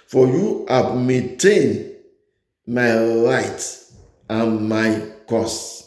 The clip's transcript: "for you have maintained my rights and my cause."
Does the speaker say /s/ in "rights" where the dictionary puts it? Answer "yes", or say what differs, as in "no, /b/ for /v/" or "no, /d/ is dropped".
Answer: no, /s/ is dropped